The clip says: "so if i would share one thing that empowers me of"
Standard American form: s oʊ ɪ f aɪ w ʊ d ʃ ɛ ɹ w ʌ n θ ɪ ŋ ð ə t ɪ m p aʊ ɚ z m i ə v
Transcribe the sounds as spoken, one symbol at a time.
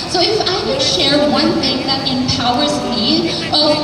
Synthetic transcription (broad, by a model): s oʊ ɪ f aɪ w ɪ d ʃ ɛ ɹ w ʌ n θ ɪ ŋ ð ə t ɪ m p aʊ ɚ z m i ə